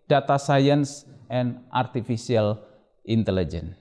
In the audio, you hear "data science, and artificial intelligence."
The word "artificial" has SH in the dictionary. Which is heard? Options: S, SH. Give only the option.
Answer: S